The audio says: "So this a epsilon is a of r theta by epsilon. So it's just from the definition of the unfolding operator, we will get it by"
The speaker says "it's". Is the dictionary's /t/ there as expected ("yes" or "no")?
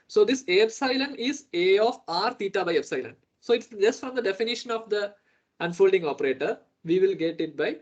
yes